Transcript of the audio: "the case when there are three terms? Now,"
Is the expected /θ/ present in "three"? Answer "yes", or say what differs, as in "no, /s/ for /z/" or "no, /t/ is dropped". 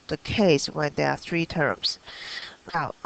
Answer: yes